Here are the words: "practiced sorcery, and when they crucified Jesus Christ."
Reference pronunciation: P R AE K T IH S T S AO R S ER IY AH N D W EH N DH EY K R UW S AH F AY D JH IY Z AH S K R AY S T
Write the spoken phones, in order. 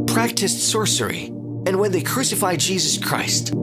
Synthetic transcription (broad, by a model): P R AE K T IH S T S AO R S ER IY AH N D W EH N DH EY K R UW S AH F AY D JH IY Z AH S K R AY S T